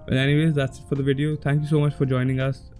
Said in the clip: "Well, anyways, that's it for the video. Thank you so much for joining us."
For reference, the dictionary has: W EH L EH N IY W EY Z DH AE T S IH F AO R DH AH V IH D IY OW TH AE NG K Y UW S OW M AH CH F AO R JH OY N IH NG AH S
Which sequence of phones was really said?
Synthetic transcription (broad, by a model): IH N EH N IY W EY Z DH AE T S IH F AO R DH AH V IH D IY OW T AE NG K Y UW S OW M AH CH F AO R JH OY N IH NG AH S